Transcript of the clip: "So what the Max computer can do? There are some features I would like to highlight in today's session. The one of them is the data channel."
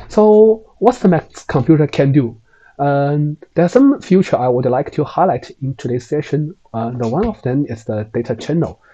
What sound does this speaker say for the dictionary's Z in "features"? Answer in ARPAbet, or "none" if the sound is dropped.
none